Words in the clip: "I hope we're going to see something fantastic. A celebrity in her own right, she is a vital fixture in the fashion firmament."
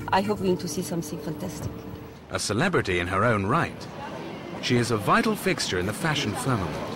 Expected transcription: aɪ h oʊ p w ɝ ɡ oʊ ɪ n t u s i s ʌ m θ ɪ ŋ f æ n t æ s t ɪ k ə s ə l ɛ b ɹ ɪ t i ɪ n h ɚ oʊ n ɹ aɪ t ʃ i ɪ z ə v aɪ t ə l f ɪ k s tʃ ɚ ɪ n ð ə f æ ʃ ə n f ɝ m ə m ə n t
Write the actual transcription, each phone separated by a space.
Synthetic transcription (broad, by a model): aɪ h oʊ p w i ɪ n t u s i s ʌ m θ ɪ ŋ f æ n t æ s t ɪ k ə s ə l ɛ b ɹ ɪ t i ɪ n ɚ oʊ n ɹ aɪ t ʃ i ɪ z ə v aɪ t l f ɪ k s tʃ ɚ ɪ n ð ə f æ ʃ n f ɝ m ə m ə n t